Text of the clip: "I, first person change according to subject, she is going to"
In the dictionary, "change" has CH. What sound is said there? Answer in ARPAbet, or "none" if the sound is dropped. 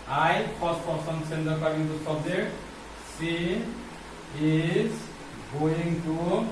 S